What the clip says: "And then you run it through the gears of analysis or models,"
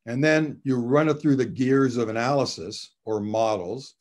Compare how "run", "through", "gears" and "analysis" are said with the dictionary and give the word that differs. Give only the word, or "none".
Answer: none